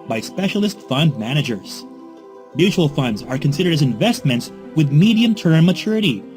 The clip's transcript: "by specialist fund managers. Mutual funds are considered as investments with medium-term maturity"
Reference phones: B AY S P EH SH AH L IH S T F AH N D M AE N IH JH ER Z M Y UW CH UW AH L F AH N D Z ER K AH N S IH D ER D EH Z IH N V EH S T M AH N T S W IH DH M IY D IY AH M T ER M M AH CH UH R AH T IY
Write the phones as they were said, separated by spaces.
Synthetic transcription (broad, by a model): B AY S P EH SH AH L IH S T F AH N D M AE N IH JH ER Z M Y UW CH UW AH L F AH N D Z ER K AH N S IH D ER D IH Z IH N V EH S T M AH N T S W IH DH M IY D IY AH M T ER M M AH CH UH R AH T IY